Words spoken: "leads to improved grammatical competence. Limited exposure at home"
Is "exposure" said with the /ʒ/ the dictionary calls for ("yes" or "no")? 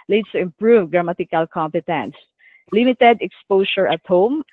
no